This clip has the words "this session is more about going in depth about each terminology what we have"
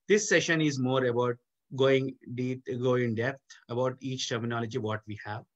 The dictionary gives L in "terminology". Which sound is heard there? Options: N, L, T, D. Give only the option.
L